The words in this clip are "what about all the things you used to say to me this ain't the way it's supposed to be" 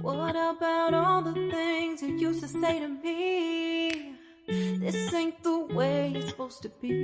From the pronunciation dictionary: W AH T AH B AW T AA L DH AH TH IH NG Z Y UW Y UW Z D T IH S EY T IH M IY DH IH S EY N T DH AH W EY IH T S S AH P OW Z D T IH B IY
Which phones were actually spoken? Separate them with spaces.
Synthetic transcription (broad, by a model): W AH T AH B AW T AA L DH AH TH IH NG Z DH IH Y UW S T IH S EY T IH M IY DH IH S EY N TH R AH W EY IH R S S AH P OW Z T IH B IY